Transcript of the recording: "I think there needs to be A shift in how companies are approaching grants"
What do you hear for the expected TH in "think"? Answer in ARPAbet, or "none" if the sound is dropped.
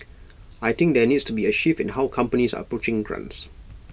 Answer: T